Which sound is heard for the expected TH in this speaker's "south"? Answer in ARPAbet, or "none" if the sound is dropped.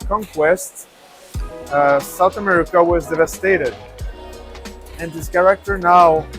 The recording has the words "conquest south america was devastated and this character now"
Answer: TH